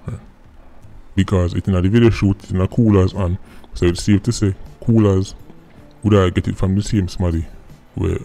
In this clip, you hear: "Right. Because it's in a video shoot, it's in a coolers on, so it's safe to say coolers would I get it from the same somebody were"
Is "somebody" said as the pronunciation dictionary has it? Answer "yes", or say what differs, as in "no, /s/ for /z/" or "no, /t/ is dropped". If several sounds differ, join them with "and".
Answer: no, /b/ is dropped